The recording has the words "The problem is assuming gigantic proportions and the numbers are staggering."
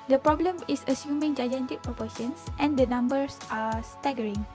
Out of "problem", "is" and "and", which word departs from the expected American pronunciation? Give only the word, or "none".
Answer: is